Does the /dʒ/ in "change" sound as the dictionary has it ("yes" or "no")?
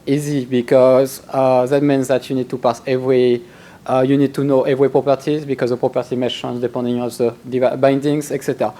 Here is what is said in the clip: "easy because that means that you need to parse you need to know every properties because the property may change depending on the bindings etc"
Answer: no